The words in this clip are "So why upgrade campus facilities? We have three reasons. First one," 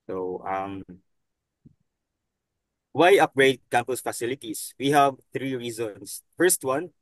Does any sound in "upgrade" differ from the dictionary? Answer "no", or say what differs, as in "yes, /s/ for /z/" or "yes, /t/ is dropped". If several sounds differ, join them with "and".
no